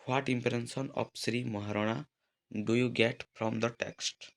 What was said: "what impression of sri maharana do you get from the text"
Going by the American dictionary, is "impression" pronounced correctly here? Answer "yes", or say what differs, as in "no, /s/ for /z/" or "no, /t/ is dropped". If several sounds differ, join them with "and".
no, /s/ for /ʃ/